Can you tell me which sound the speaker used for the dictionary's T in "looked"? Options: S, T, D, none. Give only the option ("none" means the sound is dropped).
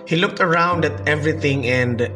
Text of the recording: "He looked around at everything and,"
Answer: T